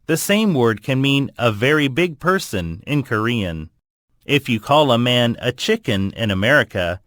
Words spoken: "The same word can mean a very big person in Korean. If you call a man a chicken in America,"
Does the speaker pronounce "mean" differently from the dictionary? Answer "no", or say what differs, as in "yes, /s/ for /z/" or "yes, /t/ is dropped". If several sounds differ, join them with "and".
no